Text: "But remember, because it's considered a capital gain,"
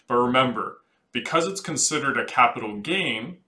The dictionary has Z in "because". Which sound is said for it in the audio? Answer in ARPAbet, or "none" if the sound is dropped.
Z